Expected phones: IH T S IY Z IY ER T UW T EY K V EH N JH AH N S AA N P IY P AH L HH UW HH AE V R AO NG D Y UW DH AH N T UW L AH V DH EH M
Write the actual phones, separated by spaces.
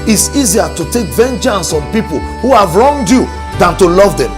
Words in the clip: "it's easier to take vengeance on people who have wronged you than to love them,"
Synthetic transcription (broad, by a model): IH T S IY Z IY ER T UW T EY K V EH N JH AH N S AA N P IY P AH L HH UW HH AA V R AO NG D Y UW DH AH N T UW L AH V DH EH M